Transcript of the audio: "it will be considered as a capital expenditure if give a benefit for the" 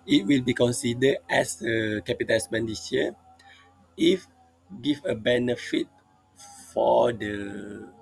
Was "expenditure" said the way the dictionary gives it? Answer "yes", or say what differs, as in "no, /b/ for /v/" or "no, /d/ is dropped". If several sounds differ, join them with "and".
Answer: no, /b/ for /p/